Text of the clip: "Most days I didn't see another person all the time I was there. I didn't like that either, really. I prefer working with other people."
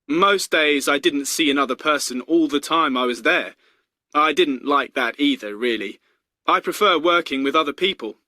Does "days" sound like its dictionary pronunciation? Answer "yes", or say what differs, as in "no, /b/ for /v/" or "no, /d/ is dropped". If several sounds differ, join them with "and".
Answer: yes